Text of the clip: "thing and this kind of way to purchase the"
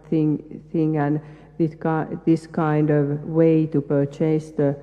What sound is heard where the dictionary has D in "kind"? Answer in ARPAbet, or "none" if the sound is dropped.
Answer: D